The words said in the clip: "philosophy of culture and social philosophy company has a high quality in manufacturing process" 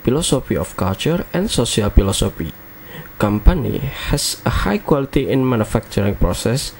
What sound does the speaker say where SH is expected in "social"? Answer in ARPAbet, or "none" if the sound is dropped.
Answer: S